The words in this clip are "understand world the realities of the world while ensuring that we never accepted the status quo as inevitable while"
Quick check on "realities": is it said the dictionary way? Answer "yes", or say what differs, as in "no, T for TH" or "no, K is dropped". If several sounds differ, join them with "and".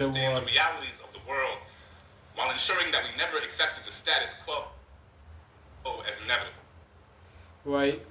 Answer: yes